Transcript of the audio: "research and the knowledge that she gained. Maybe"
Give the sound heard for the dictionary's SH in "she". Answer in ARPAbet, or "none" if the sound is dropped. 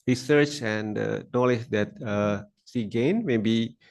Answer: S